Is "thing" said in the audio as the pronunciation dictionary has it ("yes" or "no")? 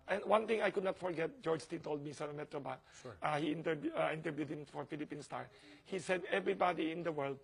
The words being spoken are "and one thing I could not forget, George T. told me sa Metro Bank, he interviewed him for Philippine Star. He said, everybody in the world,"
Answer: no